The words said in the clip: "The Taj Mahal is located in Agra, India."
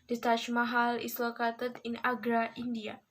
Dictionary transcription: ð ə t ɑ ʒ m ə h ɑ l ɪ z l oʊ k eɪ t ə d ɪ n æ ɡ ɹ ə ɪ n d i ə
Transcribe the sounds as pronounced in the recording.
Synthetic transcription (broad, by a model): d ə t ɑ ʃ m ə h ɑ l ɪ s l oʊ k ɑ t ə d ɪ n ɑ ɡ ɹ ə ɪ n d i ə